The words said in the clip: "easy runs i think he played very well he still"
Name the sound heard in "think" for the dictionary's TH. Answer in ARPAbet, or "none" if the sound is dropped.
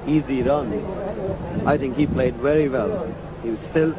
TH